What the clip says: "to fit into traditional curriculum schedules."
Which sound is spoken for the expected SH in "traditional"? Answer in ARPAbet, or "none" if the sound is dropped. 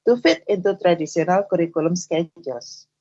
S